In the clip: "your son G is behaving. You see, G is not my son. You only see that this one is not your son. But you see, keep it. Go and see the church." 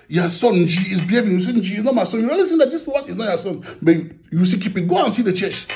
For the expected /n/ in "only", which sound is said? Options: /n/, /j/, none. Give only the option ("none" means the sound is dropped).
none